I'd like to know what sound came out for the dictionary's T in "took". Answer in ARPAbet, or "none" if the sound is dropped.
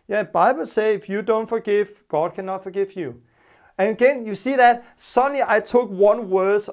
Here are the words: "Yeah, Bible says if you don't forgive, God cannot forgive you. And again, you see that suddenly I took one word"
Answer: T